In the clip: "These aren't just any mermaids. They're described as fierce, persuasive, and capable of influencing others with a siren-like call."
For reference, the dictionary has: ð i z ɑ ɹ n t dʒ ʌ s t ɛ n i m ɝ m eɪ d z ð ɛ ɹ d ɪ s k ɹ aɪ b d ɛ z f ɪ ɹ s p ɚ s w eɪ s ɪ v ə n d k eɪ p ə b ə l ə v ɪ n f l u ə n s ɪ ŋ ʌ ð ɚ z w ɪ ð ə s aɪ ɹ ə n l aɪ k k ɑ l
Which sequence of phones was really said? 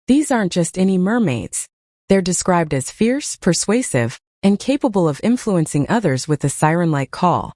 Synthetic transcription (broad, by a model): ð i z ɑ ɹ n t dʒ ʌ s t ɛ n i m ɝ m eɪ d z ð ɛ ɹ d ɪ s k ɹ aɪ b d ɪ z f ɪ ɹ s p ɚ s w eɪ s ɪ v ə n k eɪ p ə b ə l ə v ɪ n f l u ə n s ɪ ŋ ʌ ð ɚ z w ɪ ð ə s aɪ ɹ ə n l aɪ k k ɑ l